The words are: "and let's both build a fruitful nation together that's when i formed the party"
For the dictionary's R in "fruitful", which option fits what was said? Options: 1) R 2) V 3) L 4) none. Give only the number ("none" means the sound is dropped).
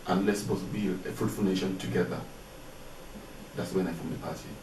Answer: 4